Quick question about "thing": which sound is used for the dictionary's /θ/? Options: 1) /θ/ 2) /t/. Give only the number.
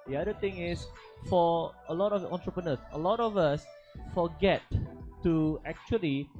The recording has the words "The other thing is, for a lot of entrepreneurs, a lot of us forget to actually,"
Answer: 2